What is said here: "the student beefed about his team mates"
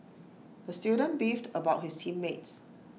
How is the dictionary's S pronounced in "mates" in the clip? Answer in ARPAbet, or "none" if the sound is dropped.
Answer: S